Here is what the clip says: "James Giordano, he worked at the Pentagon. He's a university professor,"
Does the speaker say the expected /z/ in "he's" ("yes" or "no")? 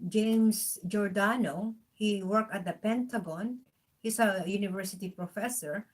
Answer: no